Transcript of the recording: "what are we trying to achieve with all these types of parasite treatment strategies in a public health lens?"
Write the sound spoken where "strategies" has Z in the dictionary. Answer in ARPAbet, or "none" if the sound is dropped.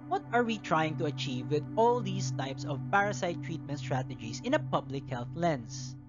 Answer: S